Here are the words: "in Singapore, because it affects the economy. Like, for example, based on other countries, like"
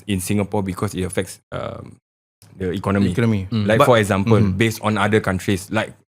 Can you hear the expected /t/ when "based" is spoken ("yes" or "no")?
yes